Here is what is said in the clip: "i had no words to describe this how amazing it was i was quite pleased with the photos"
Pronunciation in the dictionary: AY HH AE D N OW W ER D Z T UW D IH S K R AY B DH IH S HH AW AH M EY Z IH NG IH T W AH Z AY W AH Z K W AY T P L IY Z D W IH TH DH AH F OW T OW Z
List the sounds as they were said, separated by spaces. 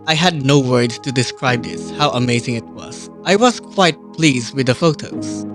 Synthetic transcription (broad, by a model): AY HH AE D N OW W ER D T UW D IH S K R AY B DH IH S HH AW AH M EY Z IH NG IH T W AH Z AY W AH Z K W AY T P L IY Z D W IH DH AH F OW T OW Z